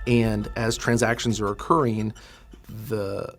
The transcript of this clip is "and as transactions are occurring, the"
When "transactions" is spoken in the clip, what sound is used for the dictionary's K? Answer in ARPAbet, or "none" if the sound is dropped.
K